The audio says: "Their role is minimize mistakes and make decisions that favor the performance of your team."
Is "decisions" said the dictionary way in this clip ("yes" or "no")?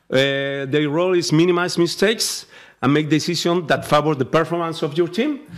no